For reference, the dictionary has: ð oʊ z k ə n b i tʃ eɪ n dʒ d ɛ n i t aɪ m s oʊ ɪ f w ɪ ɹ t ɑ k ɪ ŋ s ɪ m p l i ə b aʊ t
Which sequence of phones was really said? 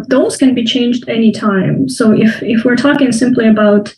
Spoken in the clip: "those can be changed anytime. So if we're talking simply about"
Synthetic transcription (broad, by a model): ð oʊ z k ə n b i tʃ eɪ n dʒ d ɛ n i t aɪ m s oʊ ɪ f w ɪ ɹ t ɑ k ɪ ŋ s ɪ m p l i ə b aʊ t